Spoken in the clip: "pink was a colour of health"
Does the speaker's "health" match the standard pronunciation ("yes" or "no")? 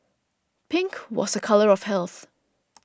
yes